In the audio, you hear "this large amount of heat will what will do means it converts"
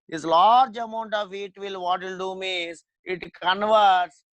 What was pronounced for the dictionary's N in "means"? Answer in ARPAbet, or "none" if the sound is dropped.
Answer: none